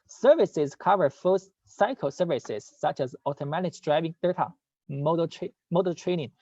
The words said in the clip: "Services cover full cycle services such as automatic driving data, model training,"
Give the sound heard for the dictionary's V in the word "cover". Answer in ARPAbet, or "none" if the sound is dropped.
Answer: V